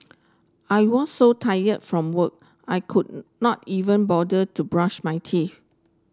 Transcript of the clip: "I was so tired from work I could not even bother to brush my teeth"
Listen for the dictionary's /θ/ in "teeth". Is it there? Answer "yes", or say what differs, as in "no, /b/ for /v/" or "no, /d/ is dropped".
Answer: no, /f/ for /θ/